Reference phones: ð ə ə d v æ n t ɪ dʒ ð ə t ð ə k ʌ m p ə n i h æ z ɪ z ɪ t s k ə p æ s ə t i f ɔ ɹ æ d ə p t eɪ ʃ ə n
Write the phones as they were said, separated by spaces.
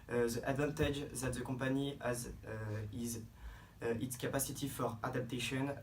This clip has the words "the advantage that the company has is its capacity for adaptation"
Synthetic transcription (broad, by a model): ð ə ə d v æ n t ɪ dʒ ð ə t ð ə k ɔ p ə n i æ z ɪ z ɪ t s k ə p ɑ s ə t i f ɔ ɹ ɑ d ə p t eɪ ʃ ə n